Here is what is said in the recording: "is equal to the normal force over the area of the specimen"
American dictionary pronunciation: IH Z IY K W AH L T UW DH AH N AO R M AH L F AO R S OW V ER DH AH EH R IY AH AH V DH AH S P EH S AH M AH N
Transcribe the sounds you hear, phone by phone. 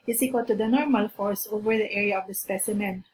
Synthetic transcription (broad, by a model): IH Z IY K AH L T UW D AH N AO R M AH L F AO R S OW V ER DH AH EH R IY AH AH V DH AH S P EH S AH M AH N